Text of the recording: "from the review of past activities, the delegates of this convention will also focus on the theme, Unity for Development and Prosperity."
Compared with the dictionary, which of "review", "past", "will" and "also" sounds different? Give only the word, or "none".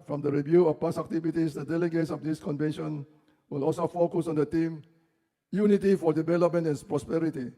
past